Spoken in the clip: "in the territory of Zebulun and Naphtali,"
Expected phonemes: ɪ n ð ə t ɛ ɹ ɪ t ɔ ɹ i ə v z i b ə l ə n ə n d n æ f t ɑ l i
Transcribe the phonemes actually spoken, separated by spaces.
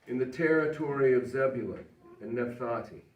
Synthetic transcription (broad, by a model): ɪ n ð ə t ɛ ɹ ɪ t ɔ ɹ i ə v z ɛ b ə l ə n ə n n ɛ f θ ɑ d i